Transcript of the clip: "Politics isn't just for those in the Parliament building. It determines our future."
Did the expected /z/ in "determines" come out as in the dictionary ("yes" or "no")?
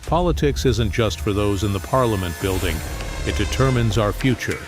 yes